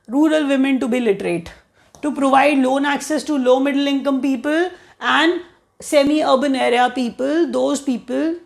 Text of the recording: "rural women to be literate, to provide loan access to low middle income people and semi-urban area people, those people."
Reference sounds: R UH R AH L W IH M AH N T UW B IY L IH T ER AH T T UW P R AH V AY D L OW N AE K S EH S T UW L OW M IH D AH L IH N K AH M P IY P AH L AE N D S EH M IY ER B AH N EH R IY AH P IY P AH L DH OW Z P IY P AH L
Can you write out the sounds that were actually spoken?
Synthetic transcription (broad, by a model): R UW R AH L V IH M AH N T UW B IY L IH T ER AH T T UW P R AH V AY D L OW N AE K S EH S T UW L OW M IH D AH L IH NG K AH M P IY P AH L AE N D S EH M IY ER B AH N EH R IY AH P IY P AH L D OW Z P IY P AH L